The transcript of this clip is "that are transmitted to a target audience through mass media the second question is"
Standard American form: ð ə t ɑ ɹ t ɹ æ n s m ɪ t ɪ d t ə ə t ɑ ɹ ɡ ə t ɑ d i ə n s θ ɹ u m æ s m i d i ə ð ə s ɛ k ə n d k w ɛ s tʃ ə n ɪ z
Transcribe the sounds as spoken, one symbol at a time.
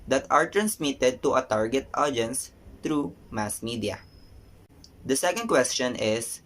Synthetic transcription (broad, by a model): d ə t ɑ ɹ t ɹ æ n s m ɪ t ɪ d t ə ə t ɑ ɹ ɡ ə t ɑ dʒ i n s t ɹ u m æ s m i d i ə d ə s ɛ k ə n d k w ɛ s tʃ ə n ɪ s